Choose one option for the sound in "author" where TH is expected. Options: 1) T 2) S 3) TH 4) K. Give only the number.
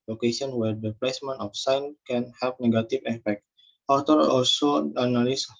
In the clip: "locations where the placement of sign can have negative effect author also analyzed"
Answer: 1